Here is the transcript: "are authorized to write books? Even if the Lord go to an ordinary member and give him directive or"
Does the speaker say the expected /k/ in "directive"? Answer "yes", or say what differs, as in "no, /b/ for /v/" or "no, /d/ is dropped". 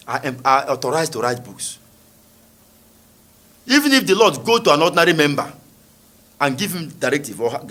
yes